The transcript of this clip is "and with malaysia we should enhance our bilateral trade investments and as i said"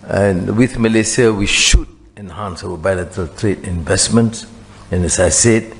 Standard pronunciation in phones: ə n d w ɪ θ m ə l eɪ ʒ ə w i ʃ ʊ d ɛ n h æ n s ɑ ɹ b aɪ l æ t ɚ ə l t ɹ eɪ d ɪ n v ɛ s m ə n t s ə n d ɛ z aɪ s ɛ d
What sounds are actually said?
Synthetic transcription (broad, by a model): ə n w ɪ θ m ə l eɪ s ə w i ʃ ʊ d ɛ n h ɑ n s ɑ w b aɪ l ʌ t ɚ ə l t ɹ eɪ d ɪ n v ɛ s m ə n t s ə n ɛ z aɪ s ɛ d